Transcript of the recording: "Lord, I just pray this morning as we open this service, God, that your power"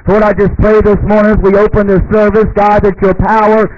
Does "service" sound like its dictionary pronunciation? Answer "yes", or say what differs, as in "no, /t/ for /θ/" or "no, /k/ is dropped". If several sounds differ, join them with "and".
yes